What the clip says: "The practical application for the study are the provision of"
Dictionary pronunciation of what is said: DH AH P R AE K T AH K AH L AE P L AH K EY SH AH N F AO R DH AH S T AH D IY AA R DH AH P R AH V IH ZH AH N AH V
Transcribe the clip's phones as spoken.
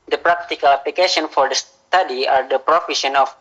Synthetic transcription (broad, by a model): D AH P R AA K T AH K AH L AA P L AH K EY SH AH N F AO R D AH S T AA D IY AA R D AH P R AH F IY SH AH N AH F